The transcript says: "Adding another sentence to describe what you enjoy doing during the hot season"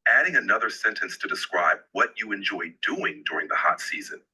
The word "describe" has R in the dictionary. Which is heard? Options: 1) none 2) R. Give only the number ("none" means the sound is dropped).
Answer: 2